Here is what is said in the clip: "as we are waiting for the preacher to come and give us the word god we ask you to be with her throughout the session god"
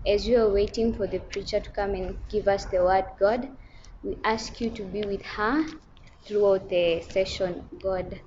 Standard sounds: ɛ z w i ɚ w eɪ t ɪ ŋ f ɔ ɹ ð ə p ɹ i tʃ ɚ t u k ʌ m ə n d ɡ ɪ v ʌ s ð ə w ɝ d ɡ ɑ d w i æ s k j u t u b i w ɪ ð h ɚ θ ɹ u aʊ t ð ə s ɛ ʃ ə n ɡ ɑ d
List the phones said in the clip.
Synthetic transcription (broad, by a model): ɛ z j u ɚ w eɪ t ɪ ŋ f ɔ ɹ ð ə p ɹ i tʃ ɚ t u k ʌ m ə n ɡ ɪ v ʌ s ð ə w ɝ d ɡ ɑ d w i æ s k j u t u b i w ɪ ð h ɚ θ ɹ u aʊ t ð ə s ɛ ʃ ə n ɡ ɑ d